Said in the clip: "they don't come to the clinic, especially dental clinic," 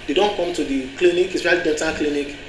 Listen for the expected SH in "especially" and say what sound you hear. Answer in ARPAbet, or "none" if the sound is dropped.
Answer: none